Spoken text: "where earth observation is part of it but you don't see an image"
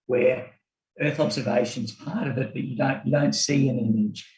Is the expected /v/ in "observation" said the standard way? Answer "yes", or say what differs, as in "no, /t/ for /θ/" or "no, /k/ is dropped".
yes